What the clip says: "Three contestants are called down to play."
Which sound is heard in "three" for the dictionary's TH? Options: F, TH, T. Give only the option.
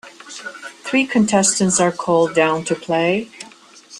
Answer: TH